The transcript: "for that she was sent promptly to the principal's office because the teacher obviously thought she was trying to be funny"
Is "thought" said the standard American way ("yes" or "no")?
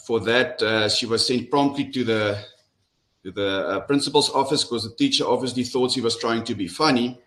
yes